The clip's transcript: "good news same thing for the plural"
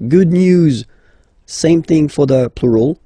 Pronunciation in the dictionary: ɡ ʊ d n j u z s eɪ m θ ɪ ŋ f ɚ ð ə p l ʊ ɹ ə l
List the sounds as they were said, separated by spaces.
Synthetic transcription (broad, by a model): ɡ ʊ d n j u z s eɪ m θ ɪ ŋ f ɚ ð ə p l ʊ ɹ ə l